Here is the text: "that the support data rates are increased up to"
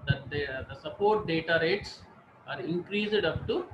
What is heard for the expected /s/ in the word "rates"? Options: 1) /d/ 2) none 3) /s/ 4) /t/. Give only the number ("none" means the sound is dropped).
3